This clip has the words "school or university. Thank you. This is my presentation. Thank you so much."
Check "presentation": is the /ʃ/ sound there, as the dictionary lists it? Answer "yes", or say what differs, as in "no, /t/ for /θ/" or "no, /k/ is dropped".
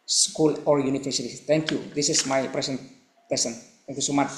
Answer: no, /s/ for /ʃ/